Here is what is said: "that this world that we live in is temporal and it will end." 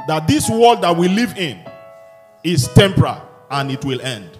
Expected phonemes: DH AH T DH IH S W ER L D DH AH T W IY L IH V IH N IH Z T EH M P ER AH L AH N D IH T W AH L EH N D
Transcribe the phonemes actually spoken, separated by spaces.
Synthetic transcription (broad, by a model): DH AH T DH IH S W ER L D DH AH T W IY L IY V IH N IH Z T EH M P ER AH L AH N IH T W AH L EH N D